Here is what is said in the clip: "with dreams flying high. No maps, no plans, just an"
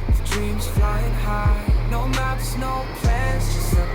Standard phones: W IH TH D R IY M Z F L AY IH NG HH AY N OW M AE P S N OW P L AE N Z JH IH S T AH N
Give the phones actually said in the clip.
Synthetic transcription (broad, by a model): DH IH D R IY M Z F L AY IH NG HH AY N OW M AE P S N OW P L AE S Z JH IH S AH